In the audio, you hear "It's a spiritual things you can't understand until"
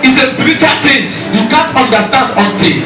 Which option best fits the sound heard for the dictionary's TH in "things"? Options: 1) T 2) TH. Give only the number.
1